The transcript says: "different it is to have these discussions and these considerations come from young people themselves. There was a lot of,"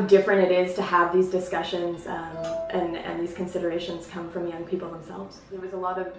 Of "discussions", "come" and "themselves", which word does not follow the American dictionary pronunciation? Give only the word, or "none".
none